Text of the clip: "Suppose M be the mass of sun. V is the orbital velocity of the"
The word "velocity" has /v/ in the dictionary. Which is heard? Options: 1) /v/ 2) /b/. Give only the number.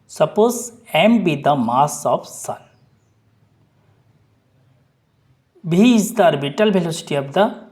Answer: 2